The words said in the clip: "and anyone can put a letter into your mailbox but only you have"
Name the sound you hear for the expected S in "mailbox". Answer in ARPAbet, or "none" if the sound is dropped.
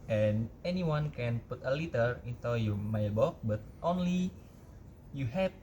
none